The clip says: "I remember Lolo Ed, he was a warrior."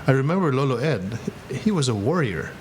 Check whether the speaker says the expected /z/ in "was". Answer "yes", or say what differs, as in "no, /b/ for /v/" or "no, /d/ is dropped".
yes